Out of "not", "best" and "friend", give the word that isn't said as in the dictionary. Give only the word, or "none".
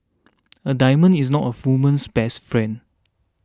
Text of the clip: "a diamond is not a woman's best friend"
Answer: friend